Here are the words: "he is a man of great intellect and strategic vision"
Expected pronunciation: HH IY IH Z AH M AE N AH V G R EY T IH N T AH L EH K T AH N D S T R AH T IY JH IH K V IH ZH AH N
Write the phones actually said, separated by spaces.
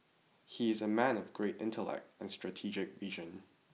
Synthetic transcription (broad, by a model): HH IY IH Z AH M AE N AH V G R EY T IH N T AH L EH K T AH N S T R AH T IY JH IH K V IH ZH AH N